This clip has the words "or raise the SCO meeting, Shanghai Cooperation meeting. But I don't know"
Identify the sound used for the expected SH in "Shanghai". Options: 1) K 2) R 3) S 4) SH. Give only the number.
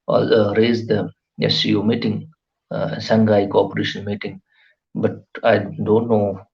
3